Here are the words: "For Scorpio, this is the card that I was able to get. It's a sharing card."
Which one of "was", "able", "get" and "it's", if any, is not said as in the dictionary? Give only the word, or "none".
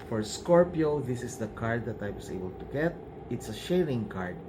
was